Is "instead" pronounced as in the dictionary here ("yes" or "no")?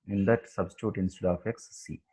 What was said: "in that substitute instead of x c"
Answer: no